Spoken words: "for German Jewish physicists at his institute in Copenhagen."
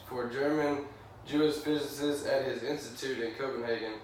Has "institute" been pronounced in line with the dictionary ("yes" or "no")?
yes